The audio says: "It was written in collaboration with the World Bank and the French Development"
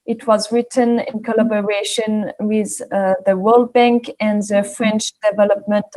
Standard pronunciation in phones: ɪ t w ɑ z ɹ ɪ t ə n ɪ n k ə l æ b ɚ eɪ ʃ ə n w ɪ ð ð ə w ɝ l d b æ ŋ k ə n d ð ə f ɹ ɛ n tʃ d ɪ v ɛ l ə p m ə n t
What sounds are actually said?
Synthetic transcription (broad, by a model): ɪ t w ɑ z ɹ ɪ t ə n ɪ n k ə l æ b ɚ eɪ ʃ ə n w ɪ ð ð ə w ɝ l d b æ ŋ k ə n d ð ə f ɹ ɛ n tʃ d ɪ v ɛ l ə p m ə n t